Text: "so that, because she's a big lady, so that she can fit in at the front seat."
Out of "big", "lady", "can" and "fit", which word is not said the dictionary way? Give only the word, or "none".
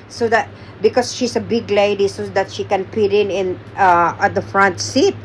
fit